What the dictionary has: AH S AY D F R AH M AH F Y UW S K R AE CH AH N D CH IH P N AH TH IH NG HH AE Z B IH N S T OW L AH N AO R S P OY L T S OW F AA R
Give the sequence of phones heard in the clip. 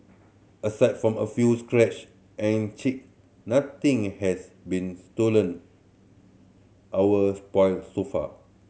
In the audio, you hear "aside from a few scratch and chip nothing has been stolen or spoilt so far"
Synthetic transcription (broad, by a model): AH S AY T F R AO M AH F Y UW S K R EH CH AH N CH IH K N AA T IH NG HH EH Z B IH N S T OW L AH N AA W S P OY L S OW F AA